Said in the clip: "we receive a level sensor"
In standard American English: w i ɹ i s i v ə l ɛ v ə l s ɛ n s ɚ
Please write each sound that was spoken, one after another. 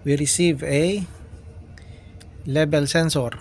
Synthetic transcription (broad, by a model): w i ɹ i s i v ə l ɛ b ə l s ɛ n s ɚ